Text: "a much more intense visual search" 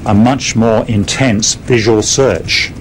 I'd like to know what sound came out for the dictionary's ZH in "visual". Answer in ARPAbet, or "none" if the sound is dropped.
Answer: ZH